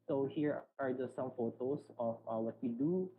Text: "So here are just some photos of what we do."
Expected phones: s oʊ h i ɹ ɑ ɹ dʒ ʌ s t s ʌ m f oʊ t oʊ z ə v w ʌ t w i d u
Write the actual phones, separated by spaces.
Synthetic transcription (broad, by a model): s oʊ h i ɹ ɑ ɹ dʒ ʌ s t s ʌ m f oʊ t oʊ s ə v w ʌ t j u d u